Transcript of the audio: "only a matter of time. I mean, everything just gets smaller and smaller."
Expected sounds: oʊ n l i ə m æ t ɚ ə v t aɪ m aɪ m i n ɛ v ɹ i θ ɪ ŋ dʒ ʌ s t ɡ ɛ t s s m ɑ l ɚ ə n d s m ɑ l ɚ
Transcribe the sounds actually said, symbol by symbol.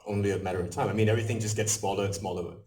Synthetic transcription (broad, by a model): oʊ n l i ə m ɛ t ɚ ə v t aɪ m aɪ m i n ɛ v ɹ i θ ɪ ŋ dʒ ʌ s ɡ ɛ t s s m ɑ l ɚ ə n s m ɑ l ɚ